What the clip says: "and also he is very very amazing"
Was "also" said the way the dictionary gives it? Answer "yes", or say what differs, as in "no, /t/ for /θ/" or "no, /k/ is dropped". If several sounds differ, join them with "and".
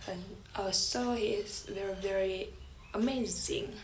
no, /l/ is dropped